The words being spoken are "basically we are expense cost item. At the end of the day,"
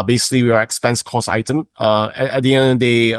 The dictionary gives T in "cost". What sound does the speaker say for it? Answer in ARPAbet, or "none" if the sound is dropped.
none